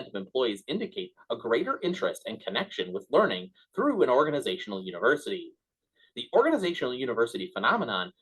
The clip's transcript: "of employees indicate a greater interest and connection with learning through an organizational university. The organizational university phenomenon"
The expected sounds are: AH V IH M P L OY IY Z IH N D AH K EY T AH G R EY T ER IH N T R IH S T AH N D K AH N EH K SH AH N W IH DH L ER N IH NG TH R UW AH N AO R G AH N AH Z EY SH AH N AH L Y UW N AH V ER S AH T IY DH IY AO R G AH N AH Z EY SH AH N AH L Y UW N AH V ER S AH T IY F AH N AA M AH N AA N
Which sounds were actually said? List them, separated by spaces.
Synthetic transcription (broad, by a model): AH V IH M P L OY IY Z IH N D AH K EY T AH G R EY T ER IH N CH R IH S T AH N K AH N EH K SH AH N W IH DH L ER N IH NG TH R UW AH N AO R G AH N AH Z EY SH N L Y UW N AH V ER S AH T IY DH IY AO R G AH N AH Z EY SH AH N L Y UW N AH V ER S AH T IY F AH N AA M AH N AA N